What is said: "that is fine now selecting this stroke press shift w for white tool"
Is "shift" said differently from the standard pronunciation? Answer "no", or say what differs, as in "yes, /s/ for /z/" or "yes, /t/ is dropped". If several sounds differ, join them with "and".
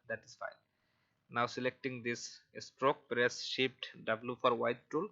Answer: yes, /p/ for /f/